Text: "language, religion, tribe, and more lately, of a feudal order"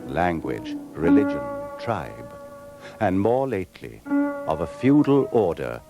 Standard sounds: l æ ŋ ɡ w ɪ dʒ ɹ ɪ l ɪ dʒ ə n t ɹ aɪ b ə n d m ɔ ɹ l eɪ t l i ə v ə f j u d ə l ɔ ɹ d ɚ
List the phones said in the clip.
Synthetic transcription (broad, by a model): l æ ŋ ɡ w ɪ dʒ ɹ ɪ l ɪ dʒ ə n t ɹ aɪ b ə n m ɔ ɹ l eɪ t l i ə v ə f j u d l ɔ ɹ d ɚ